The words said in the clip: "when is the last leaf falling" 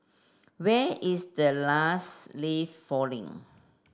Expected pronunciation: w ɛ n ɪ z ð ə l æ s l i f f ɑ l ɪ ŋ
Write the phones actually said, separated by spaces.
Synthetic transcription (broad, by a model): w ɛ ɪ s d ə l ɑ s l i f f ɑ l ɪ ŋ